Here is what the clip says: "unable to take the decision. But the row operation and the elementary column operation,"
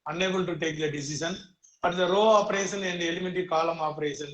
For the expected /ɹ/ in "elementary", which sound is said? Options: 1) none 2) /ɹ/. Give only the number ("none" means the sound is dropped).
1